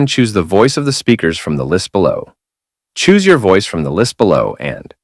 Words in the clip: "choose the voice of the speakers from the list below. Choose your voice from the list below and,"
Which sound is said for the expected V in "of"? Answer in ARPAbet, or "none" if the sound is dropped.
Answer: V